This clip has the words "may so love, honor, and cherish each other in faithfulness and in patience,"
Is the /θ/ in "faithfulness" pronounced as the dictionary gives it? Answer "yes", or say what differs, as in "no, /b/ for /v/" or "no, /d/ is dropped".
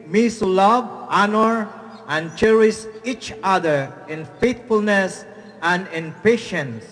no, /t/ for /θ/